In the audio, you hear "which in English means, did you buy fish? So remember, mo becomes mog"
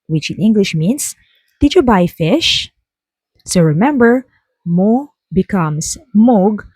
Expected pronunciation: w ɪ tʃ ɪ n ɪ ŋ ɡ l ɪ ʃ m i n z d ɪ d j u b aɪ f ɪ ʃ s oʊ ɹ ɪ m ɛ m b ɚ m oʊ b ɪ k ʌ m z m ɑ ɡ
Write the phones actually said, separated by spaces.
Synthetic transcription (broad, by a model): w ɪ tʃ ɪ n ɪ ŋ ɡ l ɪ ʃ m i n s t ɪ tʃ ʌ b aɪ f ɪ ʃ s oʊ ɹ ɪ m ɛ m b ɚ m oʊ b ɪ k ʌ m s m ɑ ɡ